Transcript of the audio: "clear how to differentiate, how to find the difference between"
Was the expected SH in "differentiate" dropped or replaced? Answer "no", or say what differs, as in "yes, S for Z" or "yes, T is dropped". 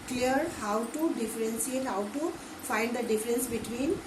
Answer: yes, S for SH